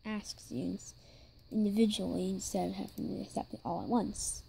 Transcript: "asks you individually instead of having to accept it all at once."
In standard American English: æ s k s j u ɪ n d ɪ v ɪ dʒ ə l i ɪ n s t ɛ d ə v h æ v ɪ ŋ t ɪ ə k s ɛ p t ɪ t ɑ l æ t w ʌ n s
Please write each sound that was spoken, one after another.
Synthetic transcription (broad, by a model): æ s k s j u ɪ n d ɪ v ɪ dʒ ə l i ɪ n s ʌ ə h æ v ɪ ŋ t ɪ ə k s ɛ p t ɪ t ɑ l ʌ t w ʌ n s